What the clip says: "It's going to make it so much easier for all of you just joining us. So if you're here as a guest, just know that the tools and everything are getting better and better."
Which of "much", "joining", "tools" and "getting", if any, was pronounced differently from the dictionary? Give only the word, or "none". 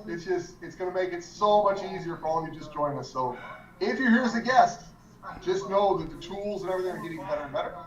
joining